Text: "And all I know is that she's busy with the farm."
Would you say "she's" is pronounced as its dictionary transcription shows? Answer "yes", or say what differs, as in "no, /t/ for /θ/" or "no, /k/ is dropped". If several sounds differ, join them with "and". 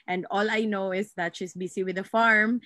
no, /s/ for /z/